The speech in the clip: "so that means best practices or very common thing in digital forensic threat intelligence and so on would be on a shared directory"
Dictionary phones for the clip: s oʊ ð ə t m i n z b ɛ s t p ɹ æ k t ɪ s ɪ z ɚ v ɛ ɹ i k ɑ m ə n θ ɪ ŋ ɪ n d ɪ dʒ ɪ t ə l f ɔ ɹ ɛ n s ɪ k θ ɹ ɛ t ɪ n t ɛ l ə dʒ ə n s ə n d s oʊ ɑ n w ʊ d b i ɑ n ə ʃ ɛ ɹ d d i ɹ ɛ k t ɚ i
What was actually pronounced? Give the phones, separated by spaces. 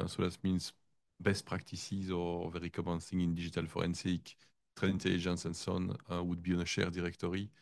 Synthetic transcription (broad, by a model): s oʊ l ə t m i n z b ɛ s t p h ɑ k t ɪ s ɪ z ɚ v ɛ ɹ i k ɑ m ə n s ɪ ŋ ɪ n d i ʒ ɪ t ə l f ɔ ɹ ɛ n s ɪ k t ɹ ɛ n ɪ n t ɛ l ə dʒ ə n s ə n s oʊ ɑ n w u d b i ɑ n ə ʃ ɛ ɹ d d i ɹ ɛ k t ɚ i